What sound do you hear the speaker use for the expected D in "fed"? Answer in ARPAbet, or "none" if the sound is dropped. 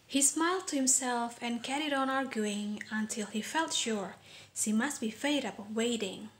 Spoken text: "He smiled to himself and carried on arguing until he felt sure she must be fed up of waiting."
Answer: none